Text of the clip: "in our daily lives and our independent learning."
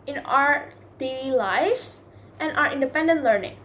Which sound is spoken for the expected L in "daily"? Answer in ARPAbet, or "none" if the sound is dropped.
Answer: none